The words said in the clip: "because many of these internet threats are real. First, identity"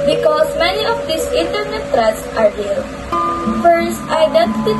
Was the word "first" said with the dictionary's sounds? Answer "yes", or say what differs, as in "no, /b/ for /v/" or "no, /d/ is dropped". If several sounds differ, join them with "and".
yes